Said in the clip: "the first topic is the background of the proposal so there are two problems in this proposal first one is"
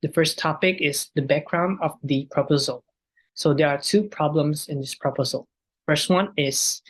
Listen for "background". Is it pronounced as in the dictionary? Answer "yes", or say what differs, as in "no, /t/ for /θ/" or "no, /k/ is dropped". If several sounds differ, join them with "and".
yes